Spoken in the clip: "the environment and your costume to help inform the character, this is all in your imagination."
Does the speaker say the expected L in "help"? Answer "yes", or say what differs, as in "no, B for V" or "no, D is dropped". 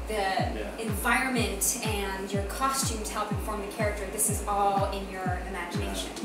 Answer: yes